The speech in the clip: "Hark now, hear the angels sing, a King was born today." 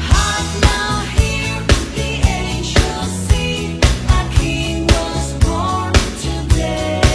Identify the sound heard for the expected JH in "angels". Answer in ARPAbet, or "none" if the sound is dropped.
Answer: SH